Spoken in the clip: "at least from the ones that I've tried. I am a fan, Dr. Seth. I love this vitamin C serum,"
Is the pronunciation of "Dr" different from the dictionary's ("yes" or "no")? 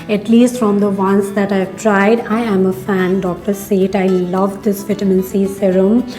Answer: no